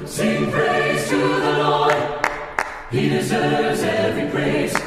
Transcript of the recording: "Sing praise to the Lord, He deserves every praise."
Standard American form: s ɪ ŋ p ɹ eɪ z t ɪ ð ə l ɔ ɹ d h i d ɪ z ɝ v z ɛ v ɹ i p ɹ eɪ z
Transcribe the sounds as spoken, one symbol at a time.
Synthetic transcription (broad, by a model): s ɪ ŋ p ɹ eɪ z t ɪ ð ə n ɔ h i d ɪ z ɝ v z ɛ v ɹ i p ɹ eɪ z